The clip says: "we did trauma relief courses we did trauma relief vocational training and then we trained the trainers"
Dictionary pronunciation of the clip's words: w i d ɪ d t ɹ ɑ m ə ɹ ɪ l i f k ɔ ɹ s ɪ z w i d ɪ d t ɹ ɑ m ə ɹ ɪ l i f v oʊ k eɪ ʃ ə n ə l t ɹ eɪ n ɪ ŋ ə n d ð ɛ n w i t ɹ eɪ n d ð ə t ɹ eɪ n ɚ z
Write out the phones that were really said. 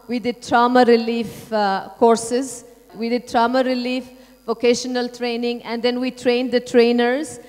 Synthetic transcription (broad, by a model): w i d ɪ d t ɹ ɑ m ə ɹ ɪ l i f k ɔ ɹ s ɪ z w i d ɪ d t ɹ ɑ m ə ɹ ɪ l i f v oʊ k eɪ ʃ ə n ə l t ɹ eɪ n ɪ ŋ ə n d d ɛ n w i t ɹ eɪ n d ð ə t ɹ eɪ n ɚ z